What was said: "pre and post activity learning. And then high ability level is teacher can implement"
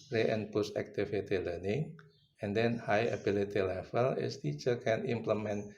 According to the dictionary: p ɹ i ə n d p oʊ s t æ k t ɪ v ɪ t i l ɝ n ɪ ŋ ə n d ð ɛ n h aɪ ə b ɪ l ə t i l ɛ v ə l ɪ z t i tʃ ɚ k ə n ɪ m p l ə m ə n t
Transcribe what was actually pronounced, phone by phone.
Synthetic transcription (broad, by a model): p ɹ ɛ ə n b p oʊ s æ k t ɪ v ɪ t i l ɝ n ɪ ŋ ə n d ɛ n h aɪ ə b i l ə t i l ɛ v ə l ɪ s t i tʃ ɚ k ə n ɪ m p l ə m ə n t